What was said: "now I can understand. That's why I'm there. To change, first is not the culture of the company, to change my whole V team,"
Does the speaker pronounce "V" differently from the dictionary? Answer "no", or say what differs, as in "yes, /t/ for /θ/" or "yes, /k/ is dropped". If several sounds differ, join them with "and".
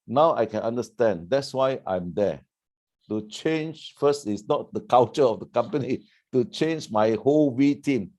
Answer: yes, /w/ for /v/